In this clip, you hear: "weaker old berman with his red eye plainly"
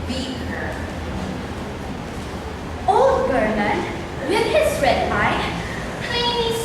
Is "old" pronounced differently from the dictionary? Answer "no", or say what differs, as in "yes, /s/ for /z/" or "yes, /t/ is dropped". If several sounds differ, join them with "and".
no